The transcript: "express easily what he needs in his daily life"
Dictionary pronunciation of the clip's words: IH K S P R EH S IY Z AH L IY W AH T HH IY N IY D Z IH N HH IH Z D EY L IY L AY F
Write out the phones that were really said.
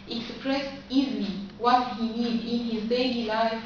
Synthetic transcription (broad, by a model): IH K S P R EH S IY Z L IY W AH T HH IY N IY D IH N HH IH Z D EY L IY L AY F